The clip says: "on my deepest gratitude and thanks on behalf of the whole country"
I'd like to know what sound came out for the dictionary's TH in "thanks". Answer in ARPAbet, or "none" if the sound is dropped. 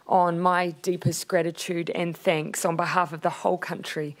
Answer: TH